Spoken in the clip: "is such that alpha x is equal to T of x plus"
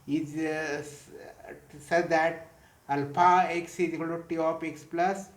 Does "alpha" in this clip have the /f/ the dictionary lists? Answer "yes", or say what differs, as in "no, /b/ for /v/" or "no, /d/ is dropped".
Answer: no, /p/ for /f/